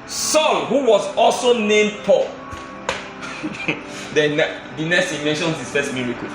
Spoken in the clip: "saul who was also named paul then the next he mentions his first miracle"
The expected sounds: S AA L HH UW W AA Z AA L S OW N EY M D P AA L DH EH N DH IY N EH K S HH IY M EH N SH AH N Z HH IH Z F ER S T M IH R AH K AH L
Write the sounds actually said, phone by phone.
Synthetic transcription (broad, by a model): S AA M HH UW W AA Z AA L S OW N EY M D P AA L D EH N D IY N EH S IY M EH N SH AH N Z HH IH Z F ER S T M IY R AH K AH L